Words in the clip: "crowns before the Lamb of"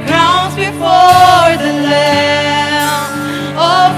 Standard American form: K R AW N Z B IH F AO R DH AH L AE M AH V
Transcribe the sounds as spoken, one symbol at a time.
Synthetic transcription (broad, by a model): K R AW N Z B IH F AO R DH AH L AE AH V